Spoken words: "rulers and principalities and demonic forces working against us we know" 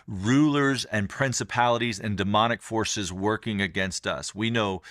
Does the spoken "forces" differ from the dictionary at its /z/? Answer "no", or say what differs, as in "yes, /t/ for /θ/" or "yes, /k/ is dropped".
no